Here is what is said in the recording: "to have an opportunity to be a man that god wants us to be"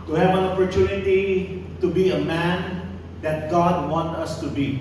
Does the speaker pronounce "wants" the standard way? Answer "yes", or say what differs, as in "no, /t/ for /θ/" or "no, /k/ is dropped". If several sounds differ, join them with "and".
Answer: no, /s/ is dropped